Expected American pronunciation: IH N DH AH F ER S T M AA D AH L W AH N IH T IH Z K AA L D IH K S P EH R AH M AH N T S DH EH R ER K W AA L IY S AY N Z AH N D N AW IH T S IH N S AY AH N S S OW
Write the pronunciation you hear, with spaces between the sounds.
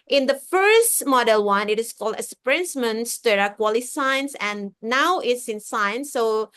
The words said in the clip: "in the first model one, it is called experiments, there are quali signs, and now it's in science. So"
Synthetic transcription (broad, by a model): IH N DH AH F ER S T M AA D AH L W AH N IH T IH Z K AA L D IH S P R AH M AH N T S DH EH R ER K W AA L IY S AY N S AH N N AW IH T S IH N S AY N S S OW